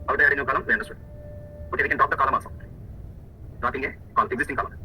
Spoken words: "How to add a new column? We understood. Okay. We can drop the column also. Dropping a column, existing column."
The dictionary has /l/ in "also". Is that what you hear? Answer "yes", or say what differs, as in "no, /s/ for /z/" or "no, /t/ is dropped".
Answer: no, /l/ is dropped